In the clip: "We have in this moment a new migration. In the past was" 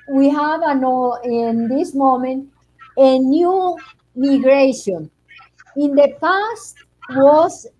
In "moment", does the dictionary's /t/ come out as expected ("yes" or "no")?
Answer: yes